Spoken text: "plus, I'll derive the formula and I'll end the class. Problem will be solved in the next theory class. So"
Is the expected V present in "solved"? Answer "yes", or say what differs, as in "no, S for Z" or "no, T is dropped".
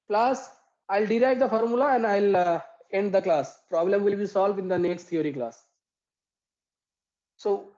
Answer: yes